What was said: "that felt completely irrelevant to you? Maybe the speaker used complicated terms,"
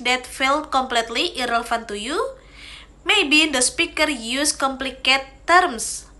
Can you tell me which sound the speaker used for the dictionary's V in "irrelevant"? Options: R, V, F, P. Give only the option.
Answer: F